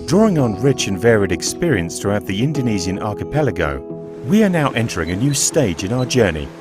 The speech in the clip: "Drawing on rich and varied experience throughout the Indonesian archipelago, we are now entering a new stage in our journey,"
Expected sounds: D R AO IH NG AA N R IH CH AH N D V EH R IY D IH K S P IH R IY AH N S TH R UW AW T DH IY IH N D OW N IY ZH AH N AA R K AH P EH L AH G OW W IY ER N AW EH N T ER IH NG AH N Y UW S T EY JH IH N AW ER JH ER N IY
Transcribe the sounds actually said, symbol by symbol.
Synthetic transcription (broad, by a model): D R AO IH NG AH N R IH CH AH N V EH R IY D IH K S P IH R IY AH N S TH R UW AW T DH IY IH N D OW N IY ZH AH N AA R K AH P EH L AH G OW W IY ER N AW EH N T ER IH NG AH N Y UW S T EY JH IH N AW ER JH ER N IY